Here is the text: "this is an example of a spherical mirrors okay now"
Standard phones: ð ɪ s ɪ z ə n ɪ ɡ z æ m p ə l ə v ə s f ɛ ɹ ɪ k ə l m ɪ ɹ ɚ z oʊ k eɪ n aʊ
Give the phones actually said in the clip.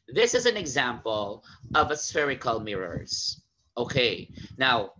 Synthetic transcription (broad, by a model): ð ɪ s ɪ z ə n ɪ ɡ z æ m p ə l ə v ə s f ɛ ɹ ɪ k ə l m ɪ ɹ ɚ z oʊ k eɪ n aʊ